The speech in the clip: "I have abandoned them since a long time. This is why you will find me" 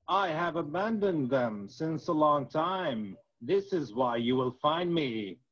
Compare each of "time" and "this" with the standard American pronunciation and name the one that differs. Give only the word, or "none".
none